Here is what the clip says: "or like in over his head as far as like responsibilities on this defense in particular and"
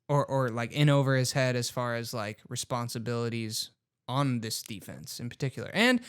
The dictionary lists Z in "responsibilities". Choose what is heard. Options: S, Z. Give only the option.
Z